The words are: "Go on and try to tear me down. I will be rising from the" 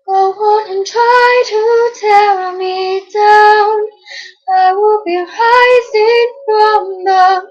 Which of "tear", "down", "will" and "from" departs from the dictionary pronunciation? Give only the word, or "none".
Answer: tear